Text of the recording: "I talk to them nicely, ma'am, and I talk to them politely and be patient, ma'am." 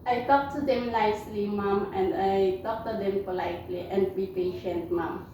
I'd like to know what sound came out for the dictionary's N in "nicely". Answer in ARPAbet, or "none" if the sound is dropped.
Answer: L